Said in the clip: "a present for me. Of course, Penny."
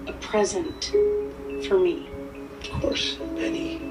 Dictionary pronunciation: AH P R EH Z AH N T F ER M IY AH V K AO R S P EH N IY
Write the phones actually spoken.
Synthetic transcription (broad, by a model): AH P R EH Z AH N T F ER M IY AH V K AO R S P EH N IY